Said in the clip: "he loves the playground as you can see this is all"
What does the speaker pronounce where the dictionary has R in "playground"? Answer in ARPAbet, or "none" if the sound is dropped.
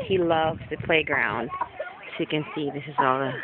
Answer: R